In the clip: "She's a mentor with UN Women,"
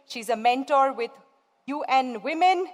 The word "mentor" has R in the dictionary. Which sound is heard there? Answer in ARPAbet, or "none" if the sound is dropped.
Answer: R